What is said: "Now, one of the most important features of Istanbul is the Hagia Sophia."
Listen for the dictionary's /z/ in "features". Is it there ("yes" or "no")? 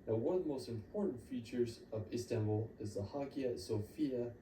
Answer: yes